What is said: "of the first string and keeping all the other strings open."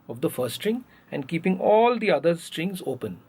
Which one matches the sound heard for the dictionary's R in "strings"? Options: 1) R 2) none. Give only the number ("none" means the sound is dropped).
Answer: 1